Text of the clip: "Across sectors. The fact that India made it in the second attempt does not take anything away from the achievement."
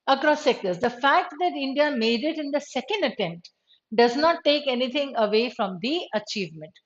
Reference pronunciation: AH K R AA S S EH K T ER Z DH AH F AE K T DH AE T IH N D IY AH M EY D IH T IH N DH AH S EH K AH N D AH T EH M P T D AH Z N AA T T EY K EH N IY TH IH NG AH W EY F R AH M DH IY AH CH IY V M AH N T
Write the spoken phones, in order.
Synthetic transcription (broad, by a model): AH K R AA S S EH K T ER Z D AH F AE K T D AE T IH N D IY AH M EY D IH T IH N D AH S EH K AH N D AH T EH M P T D AH Z N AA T T EY K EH N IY T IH NG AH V EY F R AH M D IY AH CH IY V M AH N T